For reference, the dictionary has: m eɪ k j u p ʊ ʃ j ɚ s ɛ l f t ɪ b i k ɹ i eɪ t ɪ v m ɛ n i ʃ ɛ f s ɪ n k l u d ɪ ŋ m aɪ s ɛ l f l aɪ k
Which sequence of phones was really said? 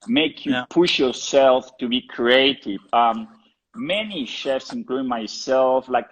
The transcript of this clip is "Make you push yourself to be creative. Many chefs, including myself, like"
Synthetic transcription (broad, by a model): m eɪ k j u p ʊ ʃ j ɚ s ɛ l f t ɪ b i k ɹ i eɪ t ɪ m m ɛ n i ʃ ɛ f s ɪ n k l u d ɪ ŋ m aɪ s ɛ l f l aɪ k